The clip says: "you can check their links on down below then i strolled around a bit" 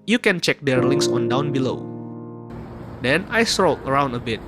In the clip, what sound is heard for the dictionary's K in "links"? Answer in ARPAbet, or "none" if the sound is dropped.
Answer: K